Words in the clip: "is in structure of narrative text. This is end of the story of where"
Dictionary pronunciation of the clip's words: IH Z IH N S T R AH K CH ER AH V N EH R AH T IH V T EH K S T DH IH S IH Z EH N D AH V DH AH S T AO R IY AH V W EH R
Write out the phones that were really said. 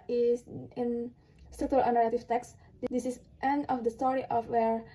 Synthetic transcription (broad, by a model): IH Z IH N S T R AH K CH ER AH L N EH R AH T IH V T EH K S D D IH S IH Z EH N AH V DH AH S T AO R IY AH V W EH R